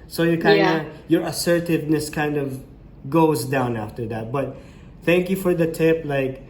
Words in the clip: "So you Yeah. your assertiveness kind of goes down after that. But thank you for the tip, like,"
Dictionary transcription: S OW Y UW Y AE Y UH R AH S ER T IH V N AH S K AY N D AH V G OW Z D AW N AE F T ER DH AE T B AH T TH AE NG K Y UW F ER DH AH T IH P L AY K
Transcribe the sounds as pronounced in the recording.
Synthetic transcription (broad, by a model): S OW Y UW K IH Y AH R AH S ER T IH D N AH S K AY N D AH V G OW Z D AW N AE F T ER DH AE T B AH T TH AE NG K Y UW F ER DH AH T IH P L AY K